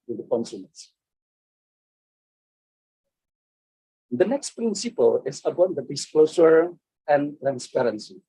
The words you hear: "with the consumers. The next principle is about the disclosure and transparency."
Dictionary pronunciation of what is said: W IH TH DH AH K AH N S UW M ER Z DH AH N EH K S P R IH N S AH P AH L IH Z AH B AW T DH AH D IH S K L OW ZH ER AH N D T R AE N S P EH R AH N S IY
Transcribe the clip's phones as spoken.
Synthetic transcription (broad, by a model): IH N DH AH K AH N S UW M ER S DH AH N EH K S P R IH N S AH P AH L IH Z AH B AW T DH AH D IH S K L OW S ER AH N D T R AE N S P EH R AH N S IY